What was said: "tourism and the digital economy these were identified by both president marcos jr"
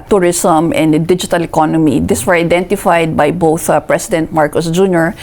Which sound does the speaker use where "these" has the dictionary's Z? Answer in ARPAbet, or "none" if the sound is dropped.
S